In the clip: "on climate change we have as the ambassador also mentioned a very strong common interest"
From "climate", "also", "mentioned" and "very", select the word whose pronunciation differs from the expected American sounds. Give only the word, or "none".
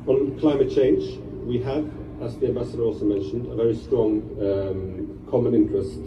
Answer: none